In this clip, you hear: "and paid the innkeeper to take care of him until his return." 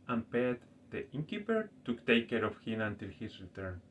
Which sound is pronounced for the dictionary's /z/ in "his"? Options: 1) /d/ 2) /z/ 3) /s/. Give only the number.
3